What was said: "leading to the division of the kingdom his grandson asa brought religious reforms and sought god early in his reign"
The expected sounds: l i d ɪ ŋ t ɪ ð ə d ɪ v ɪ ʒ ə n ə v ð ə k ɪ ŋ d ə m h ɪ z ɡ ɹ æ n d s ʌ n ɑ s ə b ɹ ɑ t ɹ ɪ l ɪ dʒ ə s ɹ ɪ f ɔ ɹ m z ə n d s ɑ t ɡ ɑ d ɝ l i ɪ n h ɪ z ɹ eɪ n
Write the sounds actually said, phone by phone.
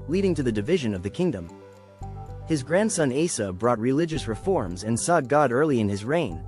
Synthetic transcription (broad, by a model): l i d ɪ ŋ t ɪ ð ə d ɪ v ɪ ʒ ə n ə v ð ə k ɪ ŋ d ə m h ɪ z ɡ ɹ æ n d s ʌ n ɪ s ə b ɹ ɑ t ɹ ɪ l ɪ dʒ ə s ɹ ɪ f ɔ ɹ m z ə n s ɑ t ɡ ɑ d ɝ l i ɪ n ɪ z ɹ eɪ n